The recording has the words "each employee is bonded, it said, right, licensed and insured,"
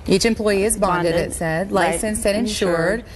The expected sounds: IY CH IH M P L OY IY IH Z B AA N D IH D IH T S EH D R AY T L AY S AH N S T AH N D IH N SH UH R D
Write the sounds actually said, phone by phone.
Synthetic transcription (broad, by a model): IY CH IH M P L OY IY IH Z B AA N D IH D IH T S EH D L AY S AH N S AH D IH N SH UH R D